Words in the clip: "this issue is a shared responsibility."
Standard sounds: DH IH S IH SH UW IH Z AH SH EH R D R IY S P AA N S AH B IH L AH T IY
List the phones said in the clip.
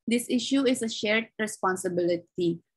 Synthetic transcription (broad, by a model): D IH S IH SH UW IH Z AH SH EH R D R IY S P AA N S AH B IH L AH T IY